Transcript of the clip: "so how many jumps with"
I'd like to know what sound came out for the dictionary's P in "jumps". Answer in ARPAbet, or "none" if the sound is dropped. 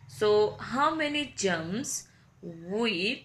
none